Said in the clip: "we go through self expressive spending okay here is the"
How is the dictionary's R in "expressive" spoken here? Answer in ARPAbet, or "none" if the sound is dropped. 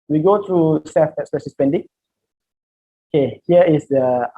none